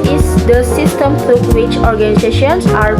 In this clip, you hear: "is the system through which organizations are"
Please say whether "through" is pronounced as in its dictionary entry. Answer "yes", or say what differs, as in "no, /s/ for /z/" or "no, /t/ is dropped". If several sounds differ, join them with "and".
no, /t/ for /θ/